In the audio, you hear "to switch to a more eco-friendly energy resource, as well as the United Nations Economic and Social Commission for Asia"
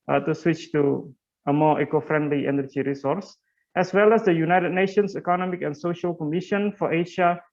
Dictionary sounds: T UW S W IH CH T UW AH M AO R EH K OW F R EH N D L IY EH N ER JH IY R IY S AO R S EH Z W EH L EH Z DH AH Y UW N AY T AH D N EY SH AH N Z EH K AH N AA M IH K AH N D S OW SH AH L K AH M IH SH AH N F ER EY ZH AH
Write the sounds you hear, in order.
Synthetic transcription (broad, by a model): T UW S W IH CH T UW AH M AO EH K OW F R EH N D L IY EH N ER JH IY R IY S AO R S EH S W EH L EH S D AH Y UW N AY T AH D N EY SH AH N S EH K AH N AA M IH K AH N S OW SH AH L K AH M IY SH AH N F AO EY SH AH